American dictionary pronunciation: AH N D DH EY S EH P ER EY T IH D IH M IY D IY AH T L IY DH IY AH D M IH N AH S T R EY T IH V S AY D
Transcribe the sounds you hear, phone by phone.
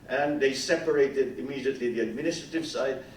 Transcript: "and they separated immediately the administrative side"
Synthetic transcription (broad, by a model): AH N DH EY S EH P ER EY T IH D IH M IY D IY AH T L IY DH IY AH D M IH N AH S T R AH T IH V S AY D